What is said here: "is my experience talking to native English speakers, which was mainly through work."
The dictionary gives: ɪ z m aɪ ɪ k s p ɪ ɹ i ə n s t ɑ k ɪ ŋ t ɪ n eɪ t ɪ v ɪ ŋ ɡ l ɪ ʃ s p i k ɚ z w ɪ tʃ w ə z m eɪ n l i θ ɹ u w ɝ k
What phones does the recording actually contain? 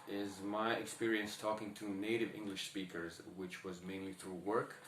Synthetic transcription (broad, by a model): ɪ z m aɪ ɪ k s p ɪ ɹ i ə n s t ɑ k ɪ ŋ t ɪ n eɪ t ɪ v ɪ ŋ ɡ l ɪ ʃ s p i k ɚ z w ɪ tʃ w ə z m eɪ n l i θ ɹ u w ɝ k